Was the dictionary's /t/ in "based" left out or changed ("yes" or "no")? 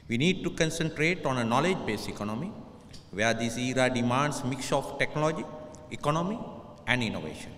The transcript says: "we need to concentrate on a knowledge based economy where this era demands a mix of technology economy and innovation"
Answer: yes